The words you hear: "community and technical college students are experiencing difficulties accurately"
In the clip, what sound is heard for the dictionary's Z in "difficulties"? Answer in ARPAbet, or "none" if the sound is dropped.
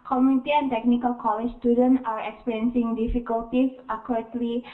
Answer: S